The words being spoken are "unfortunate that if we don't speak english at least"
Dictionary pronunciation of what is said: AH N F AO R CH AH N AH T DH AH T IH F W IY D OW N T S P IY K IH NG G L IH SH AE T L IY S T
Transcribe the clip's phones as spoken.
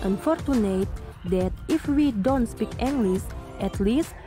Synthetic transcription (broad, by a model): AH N F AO R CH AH N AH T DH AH T IH F W IY D OW N T S P IY K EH NG G L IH S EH T L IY S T